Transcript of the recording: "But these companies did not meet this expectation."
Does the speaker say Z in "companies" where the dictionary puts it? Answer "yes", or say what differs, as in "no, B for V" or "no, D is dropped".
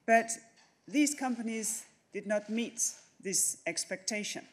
yes